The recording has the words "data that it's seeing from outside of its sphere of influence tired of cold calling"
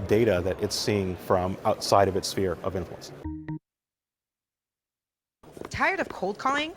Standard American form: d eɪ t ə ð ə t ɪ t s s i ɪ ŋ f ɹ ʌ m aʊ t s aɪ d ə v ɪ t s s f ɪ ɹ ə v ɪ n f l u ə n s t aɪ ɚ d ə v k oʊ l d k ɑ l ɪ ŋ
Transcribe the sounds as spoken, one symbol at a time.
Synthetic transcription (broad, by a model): d eɪ t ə ð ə t ɪ t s s i ɪ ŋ f ɹ ʌ m aʊ t s aɪ d ə v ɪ t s s f ɪ ɹ ə v ɪ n f l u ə n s t aɪ ɚ d ə v k oʊ l d k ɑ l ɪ ŋ